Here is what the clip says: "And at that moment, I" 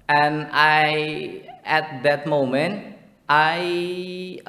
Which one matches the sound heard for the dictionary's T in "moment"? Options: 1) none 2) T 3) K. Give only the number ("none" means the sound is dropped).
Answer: 2